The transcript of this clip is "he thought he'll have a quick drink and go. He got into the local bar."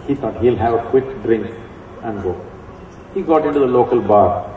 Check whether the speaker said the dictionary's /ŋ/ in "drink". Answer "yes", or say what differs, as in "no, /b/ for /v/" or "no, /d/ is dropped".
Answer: yes